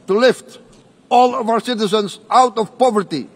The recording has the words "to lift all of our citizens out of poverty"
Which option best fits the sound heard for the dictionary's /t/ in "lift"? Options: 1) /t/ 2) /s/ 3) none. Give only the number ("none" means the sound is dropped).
1